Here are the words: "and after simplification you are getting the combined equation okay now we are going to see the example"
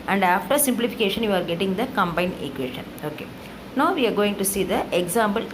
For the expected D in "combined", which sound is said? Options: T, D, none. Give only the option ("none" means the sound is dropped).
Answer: none